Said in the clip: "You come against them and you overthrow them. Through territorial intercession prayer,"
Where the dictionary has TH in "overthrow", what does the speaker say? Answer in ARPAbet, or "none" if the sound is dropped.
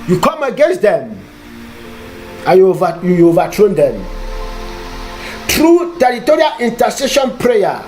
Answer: T